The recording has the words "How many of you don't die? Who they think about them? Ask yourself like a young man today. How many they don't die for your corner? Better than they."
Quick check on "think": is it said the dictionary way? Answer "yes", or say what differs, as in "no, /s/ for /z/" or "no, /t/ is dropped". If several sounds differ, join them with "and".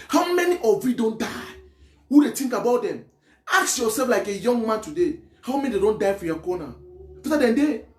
no, /t/ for /θ/